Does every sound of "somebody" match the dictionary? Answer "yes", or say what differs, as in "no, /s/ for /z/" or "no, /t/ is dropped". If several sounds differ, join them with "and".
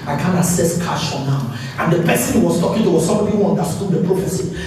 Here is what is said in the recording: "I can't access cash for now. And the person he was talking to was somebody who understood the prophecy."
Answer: no, /b/ is dropped